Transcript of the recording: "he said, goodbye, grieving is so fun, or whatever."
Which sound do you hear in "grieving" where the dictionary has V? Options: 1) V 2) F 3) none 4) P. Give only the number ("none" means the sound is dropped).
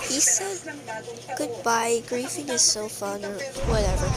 2